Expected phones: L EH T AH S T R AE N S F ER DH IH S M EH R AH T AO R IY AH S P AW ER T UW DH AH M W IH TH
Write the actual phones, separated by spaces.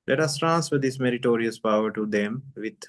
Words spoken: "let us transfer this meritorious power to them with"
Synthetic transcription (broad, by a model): L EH T AH S T R AE N S F ER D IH S M EH R AH T AO R IY AH S P AW ER T UW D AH M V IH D